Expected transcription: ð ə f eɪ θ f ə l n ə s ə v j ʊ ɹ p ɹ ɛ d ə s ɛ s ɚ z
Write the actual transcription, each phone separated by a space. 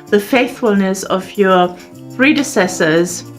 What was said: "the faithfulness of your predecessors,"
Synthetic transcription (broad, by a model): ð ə f eɪ θ f ə l n ə s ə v j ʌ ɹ p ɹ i d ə s ɛ s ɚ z